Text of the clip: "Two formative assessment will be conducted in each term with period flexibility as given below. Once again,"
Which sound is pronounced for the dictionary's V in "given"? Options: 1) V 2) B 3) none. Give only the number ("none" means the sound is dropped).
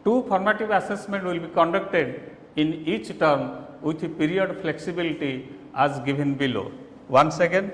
2